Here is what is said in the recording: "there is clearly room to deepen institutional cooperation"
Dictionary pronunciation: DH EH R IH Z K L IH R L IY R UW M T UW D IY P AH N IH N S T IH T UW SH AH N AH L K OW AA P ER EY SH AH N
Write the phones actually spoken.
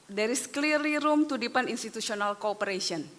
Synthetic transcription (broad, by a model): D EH R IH S K L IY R IY R UW M T UW D IY P AH N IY N S T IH T UW S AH N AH L K OW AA P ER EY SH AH N